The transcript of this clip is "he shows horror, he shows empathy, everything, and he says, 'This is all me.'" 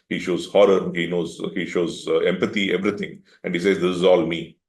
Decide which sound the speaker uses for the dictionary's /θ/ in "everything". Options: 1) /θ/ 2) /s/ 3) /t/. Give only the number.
3